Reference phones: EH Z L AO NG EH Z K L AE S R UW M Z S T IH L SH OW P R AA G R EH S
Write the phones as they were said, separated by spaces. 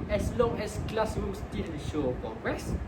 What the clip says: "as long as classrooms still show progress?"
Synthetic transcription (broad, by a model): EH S L AO NG EH S K L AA S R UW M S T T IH N SH OW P R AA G R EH S